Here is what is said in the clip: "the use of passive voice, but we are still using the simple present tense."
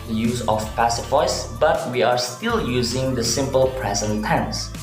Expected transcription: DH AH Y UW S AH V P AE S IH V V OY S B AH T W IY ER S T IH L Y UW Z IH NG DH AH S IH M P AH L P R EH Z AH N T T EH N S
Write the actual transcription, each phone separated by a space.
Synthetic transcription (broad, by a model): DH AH Y UW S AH F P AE S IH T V OY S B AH T W IY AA S T IH L Y UW Z IH NG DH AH S IH M P AH L P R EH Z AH N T T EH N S